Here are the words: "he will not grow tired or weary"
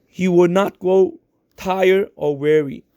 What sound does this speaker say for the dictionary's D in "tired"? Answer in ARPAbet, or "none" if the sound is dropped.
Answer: none